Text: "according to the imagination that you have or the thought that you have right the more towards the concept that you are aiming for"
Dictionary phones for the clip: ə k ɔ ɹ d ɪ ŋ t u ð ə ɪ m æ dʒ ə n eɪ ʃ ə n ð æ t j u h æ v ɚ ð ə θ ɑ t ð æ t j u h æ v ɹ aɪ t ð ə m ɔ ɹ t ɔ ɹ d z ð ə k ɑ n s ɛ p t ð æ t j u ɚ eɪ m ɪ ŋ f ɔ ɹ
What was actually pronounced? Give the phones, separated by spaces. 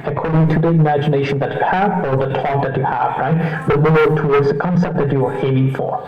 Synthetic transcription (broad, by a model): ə k ɔ ɹ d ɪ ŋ t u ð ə ɪ m æ dʒ ə n eɪ ʃ ə n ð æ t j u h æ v ɚ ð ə t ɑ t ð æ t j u h æ v ɹ aɪ t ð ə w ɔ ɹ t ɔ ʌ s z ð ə k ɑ n s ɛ p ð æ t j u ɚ eɪ m ɪ ŋ f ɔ ɹ